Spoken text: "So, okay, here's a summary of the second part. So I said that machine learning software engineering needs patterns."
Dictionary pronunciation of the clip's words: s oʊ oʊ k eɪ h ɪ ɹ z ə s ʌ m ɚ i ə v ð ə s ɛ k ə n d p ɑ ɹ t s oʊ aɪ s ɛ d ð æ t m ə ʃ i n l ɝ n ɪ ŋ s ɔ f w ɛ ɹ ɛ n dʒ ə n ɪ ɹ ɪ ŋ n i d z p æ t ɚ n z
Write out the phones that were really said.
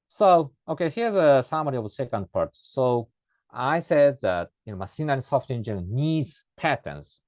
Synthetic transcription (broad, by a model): s oʊ oʊ k eɪ h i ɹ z ə s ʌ m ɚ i ə v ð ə s ɛ k ə n d p ɑ ɹ t s oʊ aɪ s ɛ d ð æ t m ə s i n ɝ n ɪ s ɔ f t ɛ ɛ n dʒ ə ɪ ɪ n i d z p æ t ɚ n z